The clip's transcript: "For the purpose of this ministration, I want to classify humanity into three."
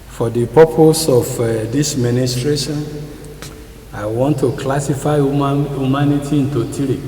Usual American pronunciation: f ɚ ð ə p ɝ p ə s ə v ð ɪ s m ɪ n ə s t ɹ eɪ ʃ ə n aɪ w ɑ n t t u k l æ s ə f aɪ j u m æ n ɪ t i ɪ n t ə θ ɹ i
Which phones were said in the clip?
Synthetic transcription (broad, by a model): f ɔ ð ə p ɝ p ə s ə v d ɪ s m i n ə s t ɹ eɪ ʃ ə n aɪ w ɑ n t t u k l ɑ s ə f aɪ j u m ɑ n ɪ t i ɪ n t ə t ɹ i